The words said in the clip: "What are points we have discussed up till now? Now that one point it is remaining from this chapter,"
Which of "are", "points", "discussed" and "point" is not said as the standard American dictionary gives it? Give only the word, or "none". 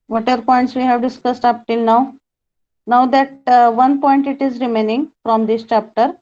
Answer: none